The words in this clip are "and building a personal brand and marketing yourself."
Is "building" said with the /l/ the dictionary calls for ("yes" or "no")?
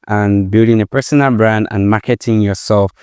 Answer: yes